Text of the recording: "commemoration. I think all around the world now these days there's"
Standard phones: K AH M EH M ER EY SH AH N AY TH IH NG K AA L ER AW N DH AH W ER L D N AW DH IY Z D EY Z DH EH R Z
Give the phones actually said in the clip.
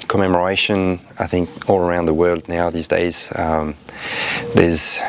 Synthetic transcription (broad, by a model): K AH M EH M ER EY SH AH N AY TH IH NG K AA L ER AW N DH AH W ER L D N AW DH IY Z D EY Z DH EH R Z